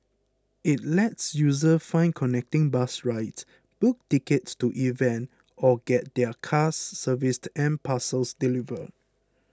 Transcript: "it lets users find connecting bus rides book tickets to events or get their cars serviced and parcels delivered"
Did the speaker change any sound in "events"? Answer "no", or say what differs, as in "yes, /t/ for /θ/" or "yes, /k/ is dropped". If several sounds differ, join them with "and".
yes, /s/ is dropped